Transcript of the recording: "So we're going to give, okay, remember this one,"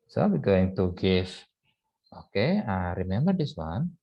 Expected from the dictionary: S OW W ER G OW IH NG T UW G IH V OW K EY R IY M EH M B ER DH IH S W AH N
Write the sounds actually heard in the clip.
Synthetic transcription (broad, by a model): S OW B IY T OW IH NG T UW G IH F OW K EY R IY M EH M B ER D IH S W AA N